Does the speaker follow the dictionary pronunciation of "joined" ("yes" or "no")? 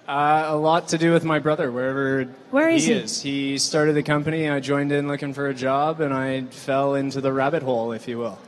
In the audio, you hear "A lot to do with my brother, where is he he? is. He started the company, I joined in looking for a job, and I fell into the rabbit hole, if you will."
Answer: yes